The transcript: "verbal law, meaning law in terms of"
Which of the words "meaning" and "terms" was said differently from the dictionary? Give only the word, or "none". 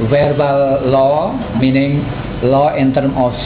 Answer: terms